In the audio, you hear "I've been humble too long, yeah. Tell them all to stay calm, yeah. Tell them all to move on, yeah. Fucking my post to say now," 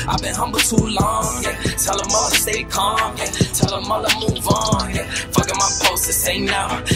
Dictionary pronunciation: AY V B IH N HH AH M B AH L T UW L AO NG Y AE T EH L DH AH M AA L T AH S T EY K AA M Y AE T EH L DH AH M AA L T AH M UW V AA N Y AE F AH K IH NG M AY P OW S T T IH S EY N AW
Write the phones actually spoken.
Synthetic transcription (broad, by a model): AY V B IH N HH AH M B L T UW L AO NG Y T EH L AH M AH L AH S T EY K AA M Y T EH L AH M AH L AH M UW V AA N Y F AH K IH M AY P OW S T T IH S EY N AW